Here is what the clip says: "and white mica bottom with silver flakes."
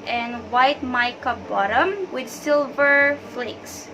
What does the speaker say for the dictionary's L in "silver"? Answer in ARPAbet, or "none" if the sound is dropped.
L